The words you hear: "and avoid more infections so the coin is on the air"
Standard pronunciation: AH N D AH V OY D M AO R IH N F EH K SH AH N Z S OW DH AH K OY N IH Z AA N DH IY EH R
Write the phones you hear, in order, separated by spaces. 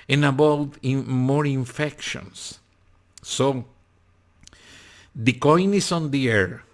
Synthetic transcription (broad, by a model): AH N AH B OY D M AO R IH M F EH K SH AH N S OW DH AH K OY N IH S AA N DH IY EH R